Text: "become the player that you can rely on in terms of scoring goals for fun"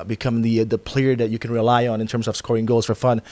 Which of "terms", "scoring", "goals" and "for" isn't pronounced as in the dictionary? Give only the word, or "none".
none